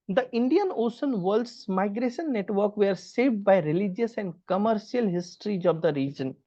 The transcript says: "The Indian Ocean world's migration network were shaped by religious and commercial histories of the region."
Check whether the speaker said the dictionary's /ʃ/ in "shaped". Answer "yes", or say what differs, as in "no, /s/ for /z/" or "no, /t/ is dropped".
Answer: no, /s/ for /ʃ/